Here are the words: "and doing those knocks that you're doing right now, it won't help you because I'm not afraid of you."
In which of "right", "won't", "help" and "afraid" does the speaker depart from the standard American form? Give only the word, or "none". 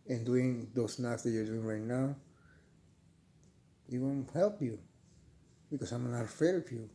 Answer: afraid